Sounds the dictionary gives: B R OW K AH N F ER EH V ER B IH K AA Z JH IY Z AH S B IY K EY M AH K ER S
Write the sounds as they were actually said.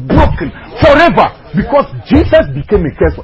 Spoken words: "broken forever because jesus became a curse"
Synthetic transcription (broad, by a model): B R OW K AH N F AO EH V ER B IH K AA S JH IY S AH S B IY K EY M AH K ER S